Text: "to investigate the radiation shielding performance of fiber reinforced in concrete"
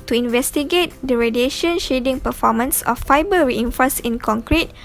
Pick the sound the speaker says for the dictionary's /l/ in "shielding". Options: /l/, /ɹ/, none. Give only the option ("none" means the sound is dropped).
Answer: none